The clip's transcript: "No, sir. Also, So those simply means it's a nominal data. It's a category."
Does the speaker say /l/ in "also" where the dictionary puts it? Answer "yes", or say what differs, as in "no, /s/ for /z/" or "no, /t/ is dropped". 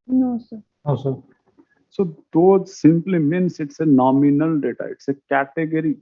no, /l/ is dropped